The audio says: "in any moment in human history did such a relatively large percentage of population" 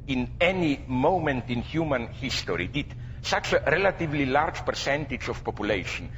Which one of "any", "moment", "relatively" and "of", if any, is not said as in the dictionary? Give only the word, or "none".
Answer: of